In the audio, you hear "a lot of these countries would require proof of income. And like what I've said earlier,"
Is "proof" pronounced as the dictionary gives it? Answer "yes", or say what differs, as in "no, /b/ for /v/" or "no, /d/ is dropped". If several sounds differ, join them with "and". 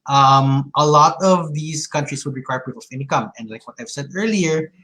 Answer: no, /p/ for /f/